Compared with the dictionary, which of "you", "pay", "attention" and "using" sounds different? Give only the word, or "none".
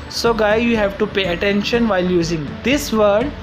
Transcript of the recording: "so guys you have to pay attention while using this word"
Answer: none